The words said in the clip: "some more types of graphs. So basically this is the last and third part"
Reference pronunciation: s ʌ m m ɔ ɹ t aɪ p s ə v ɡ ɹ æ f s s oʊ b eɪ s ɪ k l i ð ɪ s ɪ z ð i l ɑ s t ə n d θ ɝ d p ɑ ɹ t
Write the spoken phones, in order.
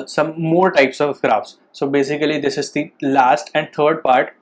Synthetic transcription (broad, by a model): s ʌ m m ɔ ɹ t aɪ p s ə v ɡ ɹ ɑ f s s oʊ b eɪ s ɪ k l i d ɪ s ɪ z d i l ɑ s t ə n d t ɝ d p ɑ ɹ t